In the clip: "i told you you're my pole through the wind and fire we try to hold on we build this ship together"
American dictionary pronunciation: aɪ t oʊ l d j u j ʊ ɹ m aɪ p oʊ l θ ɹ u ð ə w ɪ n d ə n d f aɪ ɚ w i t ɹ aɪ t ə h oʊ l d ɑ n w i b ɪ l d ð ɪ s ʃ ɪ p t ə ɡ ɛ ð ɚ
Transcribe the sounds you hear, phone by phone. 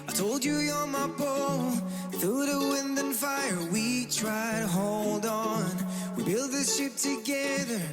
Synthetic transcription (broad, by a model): aɪ t oʊ l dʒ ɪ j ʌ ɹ m aɪ b oʊ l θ u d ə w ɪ n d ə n f aɪ ɚ w i t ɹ aɪ t ə h oʊ l d n w i b ɪ l d ð ɪ s ʃ ɪ p t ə ɡ ɛ ð ɚ